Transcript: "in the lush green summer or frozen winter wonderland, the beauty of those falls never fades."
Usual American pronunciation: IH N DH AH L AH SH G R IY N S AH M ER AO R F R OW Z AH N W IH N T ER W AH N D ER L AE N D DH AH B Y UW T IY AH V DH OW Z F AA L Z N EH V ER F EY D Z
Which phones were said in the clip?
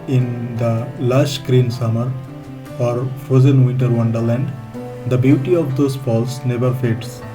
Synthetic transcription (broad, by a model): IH N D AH L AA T G R IY N S AH M ER AO R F OW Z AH N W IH N T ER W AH N D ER L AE N D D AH B Y UW T IY AH V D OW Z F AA L S N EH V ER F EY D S